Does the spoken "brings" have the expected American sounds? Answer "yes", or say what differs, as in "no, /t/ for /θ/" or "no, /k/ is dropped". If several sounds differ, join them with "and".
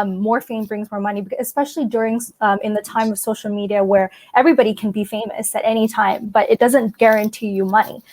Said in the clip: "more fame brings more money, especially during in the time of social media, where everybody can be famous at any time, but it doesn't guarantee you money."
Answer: yes